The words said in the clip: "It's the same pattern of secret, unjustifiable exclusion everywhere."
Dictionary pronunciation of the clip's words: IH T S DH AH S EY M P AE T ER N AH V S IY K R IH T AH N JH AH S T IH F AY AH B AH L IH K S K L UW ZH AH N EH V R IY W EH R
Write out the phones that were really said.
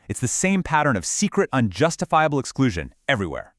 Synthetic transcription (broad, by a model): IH T S DH AH S EY M P AE T ER N AH V S IY K R IH T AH N JH AH S T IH F AY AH B L IH K S K L UW ZH AH N EH V R IY W EH R